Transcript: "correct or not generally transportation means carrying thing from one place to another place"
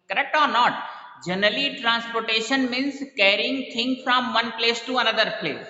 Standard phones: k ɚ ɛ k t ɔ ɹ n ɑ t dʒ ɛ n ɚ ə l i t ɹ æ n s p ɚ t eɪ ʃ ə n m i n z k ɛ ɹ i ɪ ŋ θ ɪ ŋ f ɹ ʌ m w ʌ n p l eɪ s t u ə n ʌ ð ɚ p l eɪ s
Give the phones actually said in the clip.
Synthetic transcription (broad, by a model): k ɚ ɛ k t ɔ ɹ n ɑ t dʒ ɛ n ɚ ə l i t ɹ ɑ n s p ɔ t eɪ ʃ ə n m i n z k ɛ ɹ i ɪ ŋ t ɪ ŋ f ɹ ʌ m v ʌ n p l eɪ s t u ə n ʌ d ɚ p l eɪ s